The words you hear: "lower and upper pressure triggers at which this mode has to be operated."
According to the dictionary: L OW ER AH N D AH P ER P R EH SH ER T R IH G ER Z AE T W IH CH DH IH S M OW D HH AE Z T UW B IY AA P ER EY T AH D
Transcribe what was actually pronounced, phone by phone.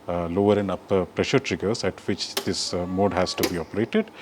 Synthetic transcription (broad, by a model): L OW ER AH N D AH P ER P R EH SH ER T R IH G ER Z AE T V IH CH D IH S M OW D HH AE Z T UW B IY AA P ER EY T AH D